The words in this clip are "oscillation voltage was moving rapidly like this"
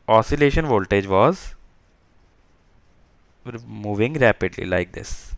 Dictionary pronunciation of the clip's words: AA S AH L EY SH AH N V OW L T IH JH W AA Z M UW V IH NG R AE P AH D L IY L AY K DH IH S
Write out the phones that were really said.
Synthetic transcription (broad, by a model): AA S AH L EY SH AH N V OW L T IH JH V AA Z M UW V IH NG R AE P AH D L IY L AY K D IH S